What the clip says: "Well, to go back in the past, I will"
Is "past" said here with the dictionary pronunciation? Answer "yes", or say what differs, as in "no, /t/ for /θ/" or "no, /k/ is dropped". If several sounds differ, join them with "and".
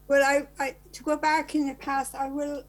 yes